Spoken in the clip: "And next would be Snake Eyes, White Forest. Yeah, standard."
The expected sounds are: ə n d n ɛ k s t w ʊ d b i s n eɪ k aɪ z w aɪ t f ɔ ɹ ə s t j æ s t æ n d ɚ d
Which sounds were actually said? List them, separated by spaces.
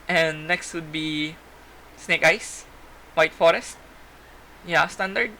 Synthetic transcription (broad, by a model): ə n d n ɛ k s t w ʊ d b i s n eɪ k aɪ s w aɪ t f ɔ ɹ ə s t j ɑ s t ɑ n d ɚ d